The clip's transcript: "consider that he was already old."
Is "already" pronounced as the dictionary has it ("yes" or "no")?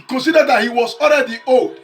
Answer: no